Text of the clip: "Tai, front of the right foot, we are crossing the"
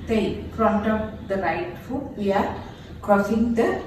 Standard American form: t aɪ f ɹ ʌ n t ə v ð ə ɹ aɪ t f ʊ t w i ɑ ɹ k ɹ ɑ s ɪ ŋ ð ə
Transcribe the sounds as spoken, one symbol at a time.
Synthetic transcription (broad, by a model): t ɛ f ɹ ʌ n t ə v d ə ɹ aɪ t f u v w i ɑ ɹ k ɑ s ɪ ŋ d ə